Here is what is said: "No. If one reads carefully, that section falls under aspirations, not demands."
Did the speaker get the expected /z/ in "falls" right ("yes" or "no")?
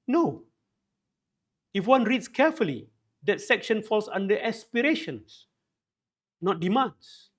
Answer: no